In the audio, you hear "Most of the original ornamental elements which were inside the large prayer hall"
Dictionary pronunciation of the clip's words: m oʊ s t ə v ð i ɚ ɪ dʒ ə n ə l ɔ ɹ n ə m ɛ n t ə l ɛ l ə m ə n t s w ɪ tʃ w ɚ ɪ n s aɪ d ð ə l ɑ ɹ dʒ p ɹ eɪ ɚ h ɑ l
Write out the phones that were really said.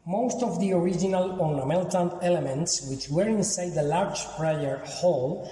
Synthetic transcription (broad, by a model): m oʊ s t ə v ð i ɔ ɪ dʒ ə n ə l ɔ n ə m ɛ l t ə n ɛ l ə m ə n t s w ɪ tʃ w ɚ ɪ n s aɪ d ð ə l ɑ ɹ dʒ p ɹ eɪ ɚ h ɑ l